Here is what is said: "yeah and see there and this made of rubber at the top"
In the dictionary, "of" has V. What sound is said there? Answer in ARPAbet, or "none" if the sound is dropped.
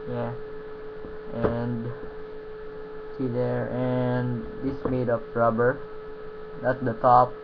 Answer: P